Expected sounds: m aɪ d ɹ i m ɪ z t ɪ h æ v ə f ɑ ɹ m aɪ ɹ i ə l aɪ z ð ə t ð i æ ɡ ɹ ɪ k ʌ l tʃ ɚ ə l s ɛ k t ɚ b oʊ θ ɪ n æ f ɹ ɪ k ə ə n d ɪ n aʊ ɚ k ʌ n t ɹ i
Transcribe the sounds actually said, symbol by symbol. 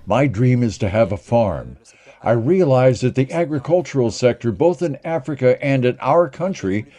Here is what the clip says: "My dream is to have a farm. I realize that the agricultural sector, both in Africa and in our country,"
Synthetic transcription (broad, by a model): m aɪ d ɹ i m ɪ z t ɪ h v ə f ɑ ɹ m aɪ ɹ i ə l aɪ z ð ə t ð i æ ɡ ɹ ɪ k ʌ l tʃ ɚ l s ɛ k t ɚ b oʊ θ ɪ n æ f ɹ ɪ k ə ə n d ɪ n aʊ ɚ k ʌ n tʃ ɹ i